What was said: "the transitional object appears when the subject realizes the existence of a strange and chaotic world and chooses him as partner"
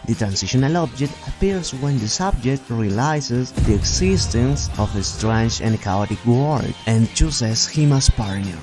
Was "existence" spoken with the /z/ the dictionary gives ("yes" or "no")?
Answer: no